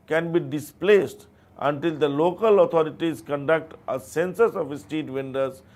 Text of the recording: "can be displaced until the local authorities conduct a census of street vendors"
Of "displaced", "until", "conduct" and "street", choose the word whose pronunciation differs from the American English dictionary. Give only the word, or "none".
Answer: street